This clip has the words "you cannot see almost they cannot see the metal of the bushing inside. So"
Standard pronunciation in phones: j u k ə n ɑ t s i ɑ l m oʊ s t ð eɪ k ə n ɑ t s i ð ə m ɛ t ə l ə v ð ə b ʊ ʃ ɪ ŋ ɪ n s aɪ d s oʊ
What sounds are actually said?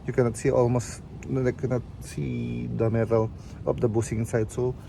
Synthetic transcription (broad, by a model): j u k ə n ɑ t s i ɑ l m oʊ s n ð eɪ k ə n ɑ t s i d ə m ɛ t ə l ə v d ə b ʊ s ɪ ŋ ɪ n s aɪ d s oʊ